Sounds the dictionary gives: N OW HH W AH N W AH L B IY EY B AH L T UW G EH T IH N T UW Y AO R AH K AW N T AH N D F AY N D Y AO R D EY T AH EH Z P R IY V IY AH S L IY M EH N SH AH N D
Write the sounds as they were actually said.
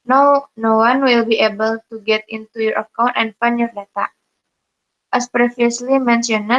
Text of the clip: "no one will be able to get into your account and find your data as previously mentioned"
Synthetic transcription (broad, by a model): N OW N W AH N W AH L B IY EY B AH L T UW G EH T IH N T UW Y AO R AH K AW N T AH N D F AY N Y AO R D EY T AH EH S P R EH F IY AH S L IY M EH N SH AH N